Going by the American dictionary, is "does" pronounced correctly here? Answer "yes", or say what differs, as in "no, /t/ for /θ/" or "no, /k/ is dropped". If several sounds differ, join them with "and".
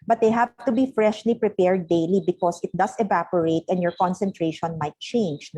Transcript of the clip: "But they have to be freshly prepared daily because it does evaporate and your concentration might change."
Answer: no, /s/ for /z/